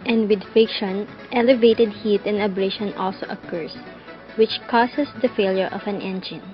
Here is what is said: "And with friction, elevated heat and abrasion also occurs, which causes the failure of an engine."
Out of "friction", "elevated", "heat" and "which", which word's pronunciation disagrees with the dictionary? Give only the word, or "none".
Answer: friction